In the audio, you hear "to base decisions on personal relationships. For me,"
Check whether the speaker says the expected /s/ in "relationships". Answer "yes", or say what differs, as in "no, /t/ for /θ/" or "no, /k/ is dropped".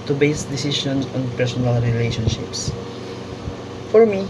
yes